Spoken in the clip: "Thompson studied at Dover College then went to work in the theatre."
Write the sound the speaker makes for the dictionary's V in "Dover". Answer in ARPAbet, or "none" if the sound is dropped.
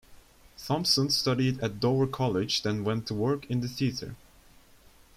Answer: none